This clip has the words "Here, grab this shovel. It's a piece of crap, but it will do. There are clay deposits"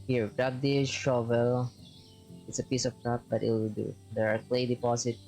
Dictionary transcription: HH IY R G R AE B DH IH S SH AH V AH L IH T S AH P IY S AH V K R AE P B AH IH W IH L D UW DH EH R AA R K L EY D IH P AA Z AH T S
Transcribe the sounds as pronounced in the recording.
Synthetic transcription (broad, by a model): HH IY R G R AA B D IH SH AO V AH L IH T S AH P IY S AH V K AA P B AH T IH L D UW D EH R AA R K L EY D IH P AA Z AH T